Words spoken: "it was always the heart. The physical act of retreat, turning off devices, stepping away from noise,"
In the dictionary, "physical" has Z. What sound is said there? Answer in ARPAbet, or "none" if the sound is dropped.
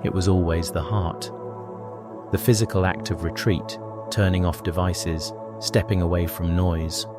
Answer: Z